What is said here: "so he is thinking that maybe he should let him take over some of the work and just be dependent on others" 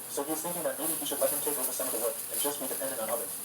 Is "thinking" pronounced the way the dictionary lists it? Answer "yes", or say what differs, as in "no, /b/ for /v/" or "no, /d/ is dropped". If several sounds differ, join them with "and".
yes